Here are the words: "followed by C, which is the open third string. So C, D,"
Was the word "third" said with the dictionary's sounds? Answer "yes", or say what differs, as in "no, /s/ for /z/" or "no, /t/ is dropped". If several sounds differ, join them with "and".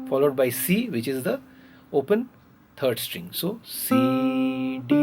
no, /t/ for /θ/